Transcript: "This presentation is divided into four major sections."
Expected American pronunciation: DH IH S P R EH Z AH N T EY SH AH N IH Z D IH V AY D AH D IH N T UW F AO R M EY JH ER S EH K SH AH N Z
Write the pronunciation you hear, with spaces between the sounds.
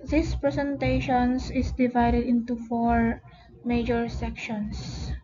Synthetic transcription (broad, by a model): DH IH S P R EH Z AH N T EY SH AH N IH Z D IH V AY D AH D IH N T UW F AO R M EY JH ER S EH K SH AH N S